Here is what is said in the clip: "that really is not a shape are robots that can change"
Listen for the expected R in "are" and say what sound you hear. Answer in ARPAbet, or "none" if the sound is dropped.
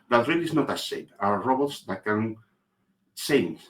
W